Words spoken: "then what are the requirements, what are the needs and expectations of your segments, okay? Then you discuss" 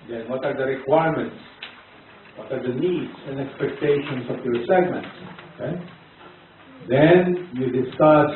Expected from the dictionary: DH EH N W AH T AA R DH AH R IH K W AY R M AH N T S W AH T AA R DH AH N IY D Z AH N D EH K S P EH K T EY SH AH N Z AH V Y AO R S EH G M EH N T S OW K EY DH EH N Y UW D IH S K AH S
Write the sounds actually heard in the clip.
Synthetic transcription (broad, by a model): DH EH N W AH T AA R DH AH R IH K W AY R M AH N T S W AH T AA R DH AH N IY D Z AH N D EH K S P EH K T EY SH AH N S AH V Y AO R S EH G M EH N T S OW K EY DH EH N Y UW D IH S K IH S